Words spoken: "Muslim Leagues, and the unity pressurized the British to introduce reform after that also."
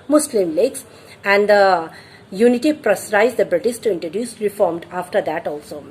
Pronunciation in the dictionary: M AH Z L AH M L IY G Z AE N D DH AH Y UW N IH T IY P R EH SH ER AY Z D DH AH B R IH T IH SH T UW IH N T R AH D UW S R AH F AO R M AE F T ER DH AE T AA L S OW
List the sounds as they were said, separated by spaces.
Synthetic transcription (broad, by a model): M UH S L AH M L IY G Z AE N D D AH Y UW N IH T IY P R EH S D AY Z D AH B R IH T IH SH T UW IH N T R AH D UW S R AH F AO R M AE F T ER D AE T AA L S OW